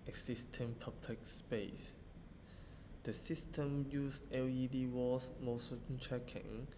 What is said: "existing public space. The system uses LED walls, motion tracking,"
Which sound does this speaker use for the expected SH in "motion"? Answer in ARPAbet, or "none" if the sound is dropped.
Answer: S